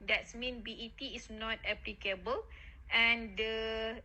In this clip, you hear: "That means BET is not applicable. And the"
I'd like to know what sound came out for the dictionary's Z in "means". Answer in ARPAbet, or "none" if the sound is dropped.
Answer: none